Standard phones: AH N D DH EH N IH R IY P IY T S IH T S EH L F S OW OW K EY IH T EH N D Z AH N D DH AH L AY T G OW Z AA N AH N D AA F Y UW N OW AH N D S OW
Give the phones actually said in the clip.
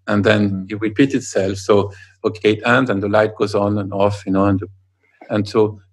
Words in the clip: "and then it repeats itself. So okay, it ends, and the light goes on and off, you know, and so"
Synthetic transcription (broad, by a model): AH N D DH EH N IH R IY P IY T IH T S EH L F S OW OW K EY IH T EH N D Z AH N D DH AH L AY T G OW Z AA N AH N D AA F Y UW N OW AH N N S OW